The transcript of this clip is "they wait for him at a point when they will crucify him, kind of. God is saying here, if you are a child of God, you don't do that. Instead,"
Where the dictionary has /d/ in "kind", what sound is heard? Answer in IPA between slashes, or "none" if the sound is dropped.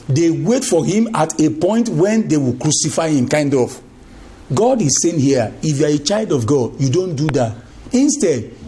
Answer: /d/